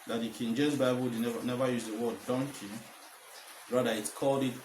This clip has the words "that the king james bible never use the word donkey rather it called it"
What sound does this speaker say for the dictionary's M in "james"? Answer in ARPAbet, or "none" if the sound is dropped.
none